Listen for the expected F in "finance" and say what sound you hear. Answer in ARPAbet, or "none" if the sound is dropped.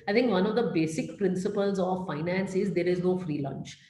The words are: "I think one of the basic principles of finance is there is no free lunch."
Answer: F